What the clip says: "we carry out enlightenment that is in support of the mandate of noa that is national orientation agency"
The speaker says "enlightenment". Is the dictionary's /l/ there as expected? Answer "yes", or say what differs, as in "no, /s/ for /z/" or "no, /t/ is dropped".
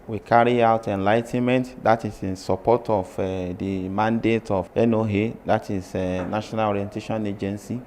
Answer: yes